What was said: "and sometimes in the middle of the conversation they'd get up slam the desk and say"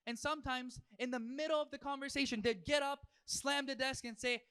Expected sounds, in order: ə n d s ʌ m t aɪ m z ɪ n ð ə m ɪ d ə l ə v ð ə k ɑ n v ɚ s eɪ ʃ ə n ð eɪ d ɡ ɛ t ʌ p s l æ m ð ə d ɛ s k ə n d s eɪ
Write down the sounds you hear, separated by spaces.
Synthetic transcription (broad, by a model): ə n s ʌ m t aɪ m z ɪ n ð ə m ɪ d l ə v ð ə k ɑ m v ɚ s eɪ ʃ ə n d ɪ d ɡ ɛ t ʌ p s l æ m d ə d ɛ s k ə n s eɪ